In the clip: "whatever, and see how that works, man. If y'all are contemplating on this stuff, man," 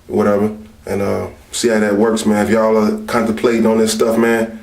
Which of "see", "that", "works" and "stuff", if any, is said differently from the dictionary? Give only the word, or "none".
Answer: none